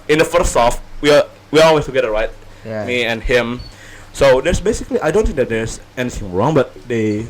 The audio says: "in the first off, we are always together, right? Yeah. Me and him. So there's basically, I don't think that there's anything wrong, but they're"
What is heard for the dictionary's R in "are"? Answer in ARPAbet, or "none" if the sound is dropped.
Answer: W